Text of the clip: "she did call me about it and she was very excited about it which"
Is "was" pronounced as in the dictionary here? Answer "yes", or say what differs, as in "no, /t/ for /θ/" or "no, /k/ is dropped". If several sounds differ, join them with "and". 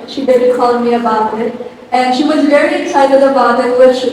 yes